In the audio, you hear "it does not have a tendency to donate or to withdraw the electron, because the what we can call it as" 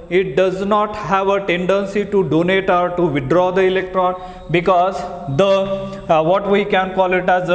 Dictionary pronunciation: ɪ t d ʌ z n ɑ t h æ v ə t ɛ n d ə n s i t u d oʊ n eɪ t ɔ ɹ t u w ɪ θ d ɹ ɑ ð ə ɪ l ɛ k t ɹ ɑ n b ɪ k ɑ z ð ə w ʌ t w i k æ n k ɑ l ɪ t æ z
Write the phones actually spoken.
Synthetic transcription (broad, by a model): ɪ t d ʌ z n ɑ t h æ v ə t ɛ n d ə n s i t u d oʊ n eɪ t ɔ ɹ t u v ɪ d ɹ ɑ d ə ɪ l ɛ k t ɹ ɑ n b ɪ k ɑ z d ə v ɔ t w i k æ n k ɑ l ɪ t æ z